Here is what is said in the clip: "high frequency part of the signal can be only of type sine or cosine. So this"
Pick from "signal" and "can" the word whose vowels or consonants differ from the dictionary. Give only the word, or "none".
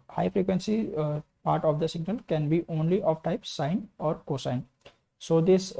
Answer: none